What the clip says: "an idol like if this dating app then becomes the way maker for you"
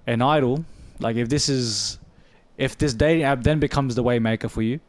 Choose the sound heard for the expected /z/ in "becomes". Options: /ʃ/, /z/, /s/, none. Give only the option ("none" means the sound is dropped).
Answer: /z/